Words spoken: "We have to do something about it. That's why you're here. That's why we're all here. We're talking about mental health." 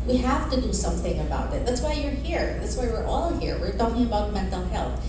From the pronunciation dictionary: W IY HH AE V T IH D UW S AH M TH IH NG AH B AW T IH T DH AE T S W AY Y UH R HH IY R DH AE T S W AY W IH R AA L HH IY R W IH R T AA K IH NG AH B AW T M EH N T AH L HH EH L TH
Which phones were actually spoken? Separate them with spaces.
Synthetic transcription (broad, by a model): W IY HH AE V T IH D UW S AH M TH IH NG AH B AW T IH T DH AE T S W AY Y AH R HH IY R DH AE T S W AY W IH R AA L HH IY R W IH R T AA K IH NG AH B AW T M EH N T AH L HH EH L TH